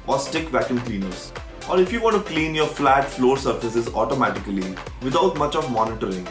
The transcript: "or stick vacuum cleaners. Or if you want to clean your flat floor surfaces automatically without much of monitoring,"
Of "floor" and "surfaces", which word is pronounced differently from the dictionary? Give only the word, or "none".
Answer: none